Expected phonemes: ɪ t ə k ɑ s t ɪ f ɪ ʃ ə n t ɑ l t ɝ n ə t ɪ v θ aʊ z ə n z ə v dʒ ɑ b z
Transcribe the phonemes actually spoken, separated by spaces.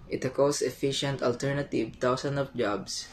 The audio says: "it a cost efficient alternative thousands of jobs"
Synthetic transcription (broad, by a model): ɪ t ə k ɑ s ɪ f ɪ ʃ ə n t ɑ l t ɝ n ə t ɪ v t aʊ s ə n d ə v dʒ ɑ b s